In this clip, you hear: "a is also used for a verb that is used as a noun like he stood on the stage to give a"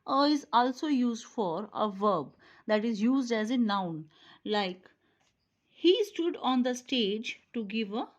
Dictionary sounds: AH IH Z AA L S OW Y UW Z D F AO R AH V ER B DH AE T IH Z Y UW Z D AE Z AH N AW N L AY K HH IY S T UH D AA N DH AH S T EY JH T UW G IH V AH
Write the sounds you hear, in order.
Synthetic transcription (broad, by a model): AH IH Z AA L S OW Y UW Z D F AO R AH V ER B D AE T IH Z Y UW Z D AE Z AH N AW N L AY K HH IY S T UH D AA N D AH S T EY JH T UW G IH V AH